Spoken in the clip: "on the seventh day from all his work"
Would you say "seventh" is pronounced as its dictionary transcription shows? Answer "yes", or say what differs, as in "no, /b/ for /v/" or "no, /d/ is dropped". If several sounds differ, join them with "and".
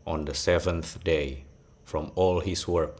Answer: yes